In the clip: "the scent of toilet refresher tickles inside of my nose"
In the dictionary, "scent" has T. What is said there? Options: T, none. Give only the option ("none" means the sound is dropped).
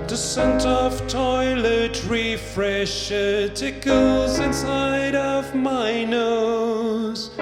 T